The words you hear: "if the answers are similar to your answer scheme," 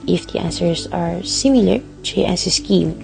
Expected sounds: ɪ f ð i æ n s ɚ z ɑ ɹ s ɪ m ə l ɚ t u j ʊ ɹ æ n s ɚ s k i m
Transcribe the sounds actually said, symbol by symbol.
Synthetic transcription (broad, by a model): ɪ f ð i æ n s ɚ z ɑ ɹ s ɪ m ə l ɚ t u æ s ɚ s k i m